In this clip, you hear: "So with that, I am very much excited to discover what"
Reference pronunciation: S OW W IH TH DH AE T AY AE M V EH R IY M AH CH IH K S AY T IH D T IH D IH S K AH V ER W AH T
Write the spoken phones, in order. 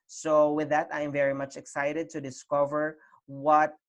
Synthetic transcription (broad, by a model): S OW W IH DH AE T AY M V EH R IY M AH CH IH K S AY T IH D T IH D IH S K AH V ER W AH T